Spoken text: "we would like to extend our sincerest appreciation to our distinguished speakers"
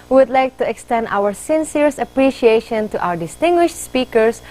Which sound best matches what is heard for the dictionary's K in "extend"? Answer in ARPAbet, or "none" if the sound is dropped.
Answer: K